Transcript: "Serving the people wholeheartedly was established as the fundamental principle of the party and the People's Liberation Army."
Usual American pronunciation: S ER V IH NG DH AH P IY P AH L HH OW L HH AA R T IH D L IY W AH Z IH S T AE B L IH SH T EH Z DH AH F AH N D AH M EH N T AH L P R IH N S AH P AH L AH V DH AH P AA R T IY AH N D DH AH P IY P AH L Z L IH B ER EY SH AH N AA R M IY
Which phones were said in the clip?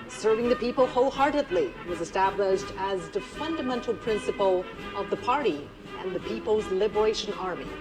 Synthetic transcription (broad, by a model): S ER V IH NG DH AH P IY P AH L HH OW L HH AA R T IH D L IY W AH Z IH S T AE B L IH SH T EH Z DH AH F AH N D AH M EH N T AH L P R IH N S AH P AH L AH V DH AH P AA R T IY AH N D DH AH P IY P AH L Z L IH B ER EY SH AH N AA R M IY